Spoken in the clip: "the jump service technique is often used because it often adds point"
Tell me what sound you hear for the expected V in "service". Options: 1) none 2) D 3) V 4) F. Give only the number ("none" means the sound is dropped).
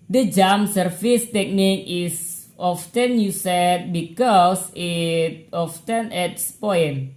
4